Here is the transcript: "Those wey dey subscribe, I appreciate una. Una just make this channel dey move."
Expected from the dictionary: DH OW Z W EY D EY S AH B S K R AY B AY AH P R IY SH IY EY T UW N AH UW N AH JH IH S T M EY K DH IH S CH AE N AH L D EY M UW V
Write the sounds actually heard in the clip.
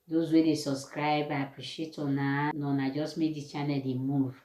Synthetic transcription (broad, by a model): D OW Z W EY D EY S AH B S K R AY B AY AH P R IY SH IY EY T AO N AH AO N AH JH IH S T M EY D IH CH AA N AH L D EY M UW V